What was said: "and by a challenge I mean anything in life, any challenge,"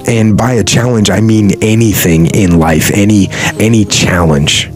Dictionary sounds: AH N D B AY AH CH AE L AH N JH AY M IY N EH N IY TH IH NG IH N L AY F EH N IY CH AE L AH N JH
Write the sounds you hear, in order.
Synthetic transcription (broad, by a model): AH N B AY AH CH AE L AH N JH AY M IY N EH N IY TH IH NG IH N L AY F EH N IY CH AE L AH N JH